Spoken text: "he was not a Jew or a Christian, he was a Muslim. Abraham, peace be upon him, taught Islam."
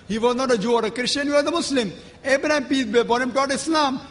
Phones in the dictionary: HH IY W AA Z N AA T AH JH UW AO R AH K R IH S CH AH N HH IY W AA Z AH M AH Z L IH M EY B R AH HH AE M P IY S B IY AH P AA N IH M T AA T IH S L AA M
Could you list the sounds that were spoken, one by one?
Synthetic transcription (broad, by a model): HH IY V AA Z N AA T AH JH UW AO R AH K R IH SH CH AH N HH IY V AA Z AH M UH S L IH M EY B R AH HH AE M P IY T B IY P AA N IH M T AA T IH S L AA M